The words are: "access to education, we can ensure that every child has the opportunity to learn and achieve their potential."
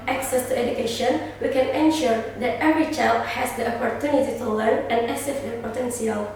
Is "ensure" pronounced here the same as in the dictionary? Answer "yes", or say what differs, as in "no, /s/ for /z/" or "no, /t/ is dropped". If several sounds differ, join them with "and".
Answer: yes